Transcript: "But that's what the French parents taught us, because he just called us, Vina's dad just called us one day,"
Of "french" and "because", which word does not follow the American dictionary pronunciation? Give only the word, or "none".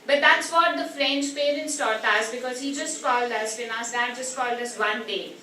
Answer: none